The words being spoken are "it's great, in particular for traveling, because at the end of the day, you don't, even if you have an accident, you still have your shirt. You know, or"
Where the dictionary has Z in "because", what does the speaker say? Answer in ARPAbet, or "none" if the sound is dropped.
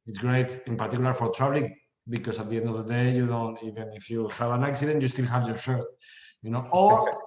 S